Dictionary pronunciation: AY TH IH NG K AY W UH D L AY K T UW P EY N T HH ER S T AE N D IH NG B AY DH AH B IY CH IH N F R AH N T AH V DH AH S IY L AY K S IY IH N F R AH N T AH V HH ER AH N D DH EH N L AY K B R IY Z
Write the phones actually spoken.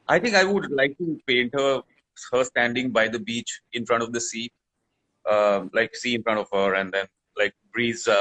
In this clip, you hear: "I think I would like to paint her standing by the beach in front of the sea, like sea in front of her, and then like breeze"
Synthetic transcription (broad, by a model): AY T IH NG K AY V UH D L AY K T UW P EY N T HH ER S T AE N D IH NG B AY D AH B IY CH IH N F R AH N T AH V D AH S IY L AY K S IY IH N F R AH N T AH V HH ER AH N D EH N L AY K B R IY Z